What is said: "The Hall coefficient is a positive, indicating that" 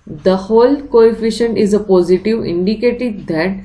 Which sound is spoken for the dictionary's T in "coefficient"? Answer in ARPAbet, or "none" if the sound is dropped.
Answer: T